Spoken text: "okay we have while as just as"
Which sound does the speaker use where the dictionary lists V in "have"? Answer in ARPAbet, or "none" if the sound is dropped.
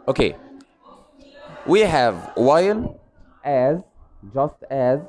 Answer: V